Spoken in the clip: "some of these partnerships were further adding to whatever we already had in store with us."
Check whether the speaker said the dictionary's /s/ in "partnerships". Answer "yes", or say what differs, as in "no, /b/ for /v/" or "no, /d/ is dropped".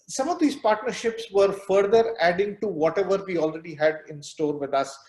yes